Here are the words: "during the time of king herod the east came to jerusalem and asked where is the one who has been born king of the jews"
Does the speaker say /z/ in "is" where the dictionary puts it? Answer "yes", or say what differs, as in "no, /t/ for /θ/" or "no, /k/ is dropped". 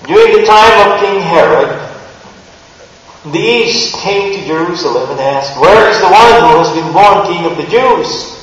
yes